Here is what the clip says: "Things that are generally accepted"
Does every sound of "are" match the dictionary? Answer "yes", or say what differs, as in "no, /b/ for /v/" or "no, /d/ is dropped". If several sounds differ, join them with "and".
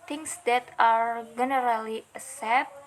yes